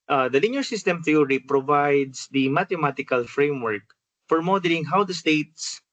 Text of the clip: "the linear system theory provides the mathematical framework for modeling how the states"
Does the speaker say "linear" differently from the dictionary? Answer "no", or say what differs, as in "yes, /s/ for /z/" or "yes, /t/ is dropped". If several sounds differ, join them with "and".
yes, /l/ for /n/